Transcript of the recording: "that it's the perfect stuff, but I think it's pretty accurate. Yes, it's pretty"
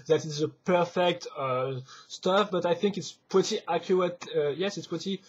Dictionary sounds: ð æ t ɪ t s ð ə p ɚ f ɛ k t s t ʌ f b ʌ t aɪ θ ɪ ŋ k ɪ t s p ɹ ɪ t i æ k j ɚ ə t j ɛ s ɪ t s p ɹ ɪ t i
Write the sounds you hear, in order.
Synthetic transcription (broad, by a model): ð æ t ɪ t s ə p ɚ f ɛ k t s t ʌ f b ʌ t aɪ θ ɪ ŋ k ɪ t s p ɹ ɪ t i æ k j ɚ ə t j ɛ s ɪ t s p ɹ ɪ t i